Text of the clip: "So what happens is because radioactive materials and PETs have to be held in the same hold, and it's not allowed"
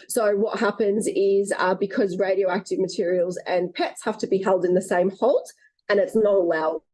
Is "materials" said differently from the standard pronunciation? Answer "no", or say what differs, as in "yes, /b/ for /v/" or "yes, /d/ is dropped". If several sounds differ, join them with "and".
no